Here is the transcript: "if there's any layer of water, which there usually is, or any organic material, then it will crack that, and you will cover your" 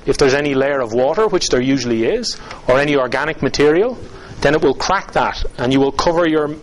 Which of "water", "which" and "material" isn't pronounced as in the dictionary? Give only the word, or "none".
none